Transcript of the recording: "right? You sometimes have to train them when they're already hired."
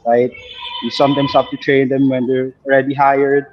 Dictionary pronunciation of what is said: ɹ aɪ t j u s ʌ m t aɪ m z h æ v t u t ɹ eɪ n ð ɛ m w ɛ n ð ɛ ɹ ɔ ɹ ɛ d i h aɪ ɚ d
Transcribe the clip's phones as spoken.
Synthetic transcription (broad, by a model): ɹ aɪ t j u s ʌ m t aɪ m s h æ f t u t ɹ eɪ n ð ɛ m w ɛ n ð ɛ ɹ ɔ ɹ ɛ d i h aɪ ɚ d